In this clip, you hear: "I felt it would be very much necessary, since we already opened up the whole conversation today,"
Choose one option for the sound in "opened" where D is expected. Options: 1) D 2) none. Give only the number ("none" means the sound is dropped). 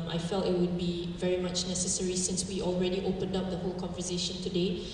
1